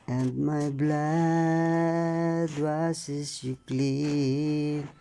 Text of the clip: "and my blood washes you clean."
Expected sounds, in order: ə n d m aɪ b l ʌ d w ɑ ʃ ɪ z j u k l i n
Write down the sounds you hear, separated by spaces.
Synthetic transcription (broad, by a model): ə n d m aɪ b l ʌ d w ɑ s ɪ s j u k l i